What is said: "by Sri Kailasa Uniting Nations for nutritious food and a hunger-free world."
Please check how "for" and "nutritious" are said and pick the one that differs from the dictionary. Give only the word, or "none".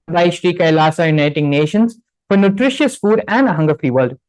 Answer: none